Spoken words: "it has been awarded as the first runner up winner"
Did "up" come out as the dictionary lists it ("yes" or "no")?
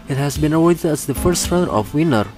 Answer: no